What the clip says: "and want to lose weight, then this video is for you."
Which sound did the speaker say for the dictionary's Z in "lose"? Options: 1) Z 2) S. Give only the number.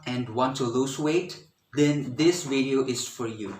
2